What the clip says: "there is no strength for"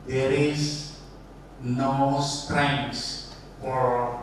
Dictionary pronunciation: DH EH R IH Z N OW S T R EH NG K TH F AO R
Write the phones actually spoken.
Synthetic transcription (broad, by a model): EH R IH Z N OW S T R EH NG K S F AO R